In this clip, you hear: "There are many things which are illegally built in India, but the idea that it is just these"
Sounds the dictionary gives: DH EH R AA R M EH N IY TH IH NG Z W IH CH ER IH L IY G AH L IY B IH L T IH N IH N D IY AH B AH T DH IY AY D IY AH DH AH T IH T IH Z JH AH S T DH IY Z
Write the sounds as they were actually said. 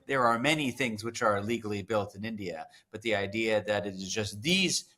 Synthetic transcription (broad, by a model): DH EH R AA R M EH N IY TH IH NG Z W IH CH ER L IY G L IY B IH L T IH N IH N D IY AH B AH T DH IY AY D IY AH DH AH T IH T IH Z JH AH S T DH IY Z